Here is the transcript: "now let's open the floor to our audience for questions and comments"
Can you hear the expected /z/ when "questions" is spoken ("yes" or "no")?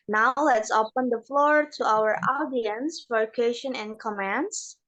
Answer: no